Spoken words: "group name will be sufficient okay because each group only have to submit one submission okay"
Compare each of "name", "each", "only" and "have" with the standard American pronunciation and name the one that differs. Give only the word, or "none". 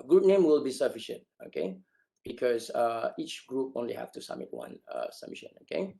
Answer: have